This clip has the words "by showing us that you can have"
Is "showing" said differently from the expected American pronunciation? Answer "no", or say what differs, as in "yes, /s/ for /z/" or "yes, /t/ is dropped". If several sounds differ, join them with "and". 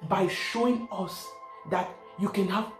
no